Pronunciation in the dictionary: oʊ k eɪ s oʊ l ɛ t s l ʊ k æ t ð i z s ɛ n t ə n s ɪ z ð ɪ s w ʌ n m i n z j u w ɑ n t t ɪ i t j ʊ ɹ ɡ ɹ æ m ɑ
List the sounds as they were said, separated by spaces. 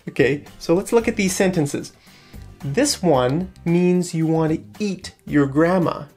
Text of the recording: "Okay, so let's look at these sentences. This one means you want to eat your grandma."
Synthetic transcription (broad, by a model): oʊ k eɪ s oʊ l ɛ t s l ʊ k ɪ t ð i z s ɛ n t ə n s ɪ z ð ɪ s w ʌ n m i n z j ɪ w ɑ n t t ɪ i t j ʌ ɹ ɡ ɹ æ m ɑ